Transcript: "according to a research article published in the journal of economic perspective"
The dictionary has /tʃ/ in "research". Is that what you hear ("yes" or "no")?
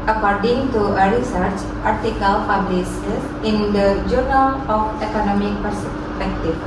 yes